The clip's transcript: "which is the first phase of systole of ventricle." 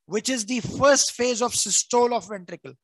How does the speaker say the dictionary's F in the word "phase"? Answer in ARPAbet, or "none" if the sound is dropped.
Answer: F